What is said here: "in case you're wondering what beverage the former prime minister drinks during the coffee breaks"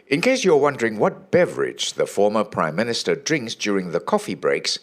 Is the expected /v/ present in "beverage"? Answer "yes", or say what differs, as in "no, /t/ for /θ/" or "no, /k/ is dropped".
yes